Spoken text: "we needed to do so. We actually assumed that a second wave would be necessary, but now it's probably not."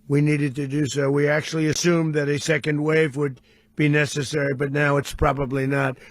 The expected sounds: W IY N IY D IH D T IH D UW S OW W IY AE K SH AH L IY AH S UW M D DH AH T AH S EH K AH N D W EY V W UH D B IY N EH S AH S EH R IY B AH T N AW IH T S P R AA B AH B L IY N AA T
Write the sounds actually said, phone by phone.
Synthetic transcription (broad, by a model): W IY N IY D IH D T IH D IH S OW W IY AE K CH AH L IY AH S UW M DH AH T AH S EH K AH N D W EY V W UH D B IY N EH S AH S EH R IY B AH T N AW IH T S P R AA B AH B L IY N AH T